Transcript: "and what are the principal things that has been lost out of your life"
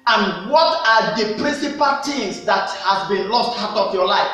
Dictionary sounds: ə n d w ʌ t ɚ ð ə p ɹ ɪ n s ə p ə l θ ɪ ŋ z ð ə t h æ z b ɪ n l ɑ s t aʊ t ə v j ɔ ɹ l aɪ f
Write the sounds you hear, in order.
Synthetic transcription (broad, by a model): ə n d w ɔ t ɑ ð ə p ɹ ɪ n s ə p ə l t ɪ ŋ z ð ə t h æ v b ɪ n l ɑ s t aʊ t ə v j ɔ l aɪ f